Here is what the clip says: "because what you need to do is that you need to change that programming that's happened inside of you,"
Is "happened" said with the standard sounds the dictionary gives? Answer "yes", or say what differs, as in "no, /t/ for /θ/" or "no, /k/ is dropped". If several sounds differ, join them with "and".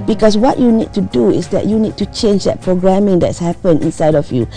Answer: no, /d/ is dropped